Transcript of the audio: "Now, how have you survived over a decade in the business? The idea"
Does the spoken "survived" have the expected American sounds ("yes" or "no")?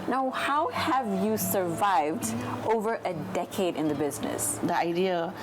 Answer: yes